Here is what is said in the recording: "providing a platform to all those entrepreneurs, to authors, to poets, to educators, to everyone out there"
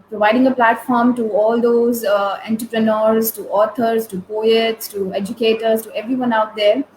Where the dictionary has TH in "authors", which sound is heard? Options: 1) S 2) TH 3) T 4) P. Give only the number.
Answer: 3